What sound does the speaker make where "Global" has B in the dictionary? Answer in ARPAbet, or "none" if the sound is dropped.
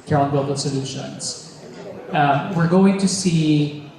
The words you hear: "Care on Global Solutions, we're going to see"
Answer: none